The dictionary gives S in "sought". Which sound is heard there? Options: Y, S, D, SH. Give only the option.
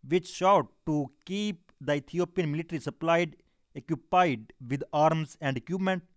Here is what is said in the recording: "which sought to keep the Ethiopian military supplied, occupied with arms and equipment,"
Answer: SH